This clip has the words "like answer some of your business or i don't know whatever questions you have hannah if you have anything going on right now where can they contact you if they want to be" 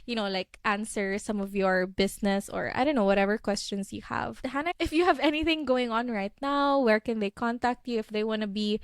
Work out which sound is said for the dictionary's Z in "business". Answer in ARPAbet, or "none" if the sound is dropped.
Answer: S